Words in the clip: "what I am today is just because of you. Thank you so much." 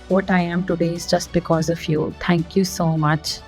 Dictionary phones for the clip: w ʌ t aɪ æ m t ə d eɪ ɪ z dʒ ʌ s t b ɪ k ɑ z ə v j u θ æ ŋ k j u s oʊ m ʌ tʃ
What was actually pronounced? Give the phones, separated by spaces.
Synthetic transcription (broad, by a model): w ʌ t aɪ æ m t ə d eɪ ɪ z dʒ ʌ s t b ɪ k ɑ z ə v j u t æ ŋ k j u s oʊ m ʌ tʃ